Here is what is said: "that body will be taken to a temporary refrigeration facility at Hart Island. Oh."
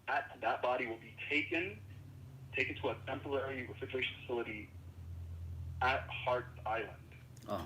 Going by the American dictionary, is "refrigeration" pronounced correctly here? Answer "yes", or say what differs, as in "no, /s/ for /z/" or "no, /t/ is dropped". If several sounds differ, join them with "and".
no, /tʃ/ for /dʒ/